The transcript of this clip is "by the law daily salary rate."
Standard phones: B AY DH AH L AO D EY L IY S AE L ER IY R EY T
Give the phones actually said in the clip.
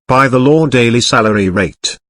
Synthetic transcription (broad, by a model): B AY DH AH L AO D EY L IY S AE L ER IY R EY T